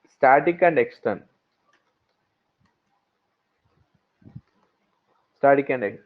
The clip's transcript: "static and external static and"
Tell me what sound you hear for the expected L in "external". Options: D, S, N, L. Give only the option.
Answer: N